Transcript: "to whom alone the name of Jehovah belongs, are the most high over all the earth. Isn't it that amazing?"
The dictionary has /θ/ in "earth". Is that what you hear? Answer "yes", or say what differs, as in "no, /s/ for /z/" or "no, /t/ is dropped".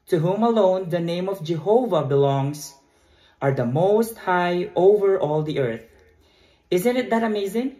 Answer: yes